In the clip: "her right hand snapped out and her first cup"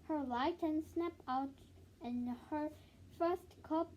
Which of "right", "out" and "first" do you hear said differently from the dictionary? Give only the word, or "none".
right